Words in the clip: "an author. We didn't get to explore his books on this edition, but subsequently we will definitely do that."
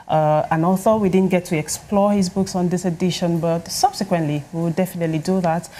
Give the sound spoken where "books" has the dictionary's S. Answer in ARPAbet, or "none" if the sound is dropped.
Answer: S